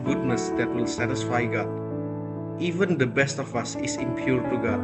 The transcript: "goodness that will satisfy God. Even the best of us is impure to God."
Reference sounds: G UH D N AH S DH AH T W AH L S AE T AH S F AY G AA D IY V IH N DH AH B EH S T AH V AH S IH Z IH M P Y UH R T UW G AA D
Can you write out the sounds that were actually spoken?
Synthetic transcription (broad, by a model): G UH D N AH S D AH T W AH L S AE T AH S F AY G AA D IY V IH N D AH B EH S T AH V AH S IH S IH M P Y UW R T UW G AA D